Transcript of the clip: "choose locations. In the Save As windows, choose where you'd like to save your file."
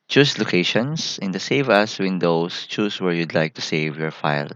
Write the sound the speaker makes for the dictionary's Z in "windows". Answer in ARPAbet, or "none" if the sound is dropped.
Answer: S